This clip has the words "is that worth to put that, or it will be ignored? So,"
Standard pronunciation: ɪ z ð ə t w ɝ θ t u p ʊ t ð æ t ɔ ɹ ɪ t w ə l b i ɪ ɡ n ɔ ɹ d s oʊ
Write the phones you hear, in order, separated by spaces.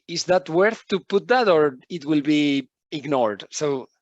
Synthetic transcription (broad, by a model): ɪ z ð ə t w ɝ θ t u p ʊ t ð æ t ɔ ɹ ɪ t w ə l b i ɪ ɡ n ɔ ɹ d s oʊ